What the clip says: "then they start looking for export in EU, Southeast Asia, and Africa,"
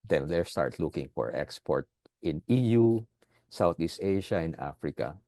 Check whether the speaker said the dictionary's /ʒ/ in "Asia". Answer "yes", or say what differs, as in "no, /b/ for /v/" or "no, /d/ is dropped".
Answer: no, /ʃ/ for /ʒ/